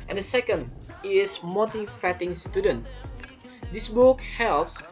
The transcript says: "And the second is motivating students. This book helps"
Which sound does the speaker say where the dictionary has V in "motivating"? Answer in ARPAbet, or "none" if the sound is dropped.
F